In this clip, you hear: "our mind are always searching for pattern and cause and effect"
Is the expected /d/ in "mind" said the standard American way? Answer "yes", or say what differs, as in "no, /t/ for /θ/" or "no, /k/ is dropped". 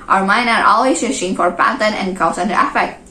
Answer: no, /d/ is dropped